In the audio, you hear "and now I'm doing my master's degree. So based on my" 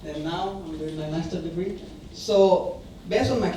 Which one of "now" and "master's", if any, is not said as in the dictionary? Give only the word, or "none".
master's